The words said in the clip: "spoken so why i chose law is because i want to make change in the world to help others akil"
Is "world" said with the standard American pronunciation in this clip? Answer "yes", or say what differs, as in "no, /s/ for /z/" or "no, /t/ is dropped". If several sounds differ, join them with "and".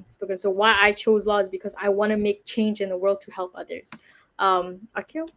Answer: yes